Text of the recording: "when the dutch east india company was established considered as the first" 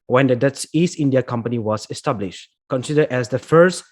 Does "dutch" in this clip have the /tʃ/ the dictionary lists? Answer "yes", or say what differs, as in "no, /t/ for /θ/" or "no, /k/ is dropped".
no, /s/ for /tʃ/